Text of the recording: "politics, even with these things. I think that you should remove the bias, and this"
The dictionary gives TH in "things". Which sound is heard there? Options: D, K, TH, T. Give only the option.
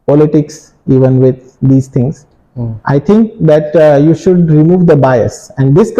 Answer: T